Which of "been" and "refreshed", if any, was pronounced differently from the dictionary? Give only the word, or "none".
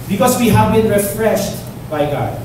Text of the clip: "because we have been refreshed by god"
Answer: none